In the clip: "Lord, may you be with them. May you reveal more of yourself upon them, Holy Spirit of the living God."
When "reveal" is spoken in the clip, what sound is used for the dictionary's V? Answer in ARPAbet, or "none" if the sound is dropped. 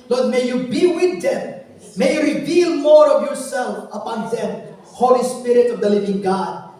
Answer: V